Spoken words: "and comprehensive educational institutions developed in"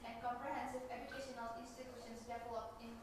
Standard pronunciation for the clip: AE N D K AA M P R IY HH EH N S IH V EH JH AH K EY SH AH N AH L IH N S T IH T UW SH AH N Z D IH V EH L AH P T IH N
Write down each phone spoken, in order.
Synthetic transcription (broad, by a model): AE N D K AA M P R IY HH EH N S IH V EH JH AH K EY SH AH N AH L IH N S T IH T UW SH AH N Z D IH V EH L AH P IH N